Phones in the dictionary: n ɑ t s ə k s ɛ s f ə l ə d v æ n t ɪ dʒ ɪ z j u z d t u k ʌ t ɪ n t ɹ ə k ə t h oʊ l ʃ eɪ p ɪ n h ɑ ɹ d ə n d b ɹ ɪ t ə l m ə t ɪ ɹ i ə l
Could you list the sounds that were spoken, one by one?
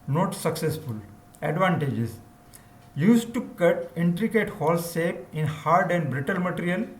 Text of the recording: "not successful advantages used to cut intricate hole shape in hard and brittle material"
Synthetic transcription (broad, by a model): n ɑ t s ə k s ɛ s f ə l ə d v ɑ n t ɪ dʒ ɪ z j u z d t u k ʌ t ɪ n t ɹ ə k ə t h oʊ l s eɪ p ɪ n h ɑ ɹ d ə n d b ɹ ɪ t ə l m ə t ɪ ɹ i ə l